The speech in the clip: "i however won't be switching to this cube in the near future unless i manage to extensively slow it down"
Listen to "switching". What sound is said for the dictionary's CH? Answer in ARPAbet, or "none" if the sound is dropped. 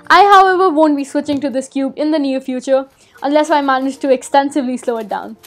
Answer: CH